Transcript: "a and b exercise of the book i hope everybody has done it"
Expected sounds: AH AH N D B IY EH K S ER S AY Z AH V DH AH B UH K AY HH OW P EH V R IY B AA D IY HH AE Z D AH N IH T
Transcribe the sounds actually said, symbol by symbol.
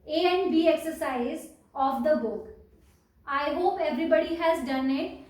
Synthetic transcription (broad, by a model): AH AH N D B IY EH K S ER S AY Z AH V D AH B UH K AY HH OW P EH V R IY B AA D IY HH AE Z D AH N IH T